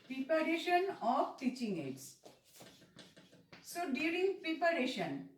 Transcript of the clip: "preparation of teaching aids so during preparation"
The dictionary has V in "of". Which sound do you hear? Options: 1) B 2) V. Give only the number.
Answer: 1